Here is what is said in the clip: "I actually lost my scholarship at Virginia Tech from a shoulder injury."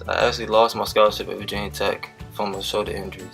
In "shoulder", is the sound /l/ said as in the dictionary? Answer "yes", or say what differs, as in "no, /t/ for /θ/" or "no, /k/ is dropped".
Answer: no, /l/ is dropped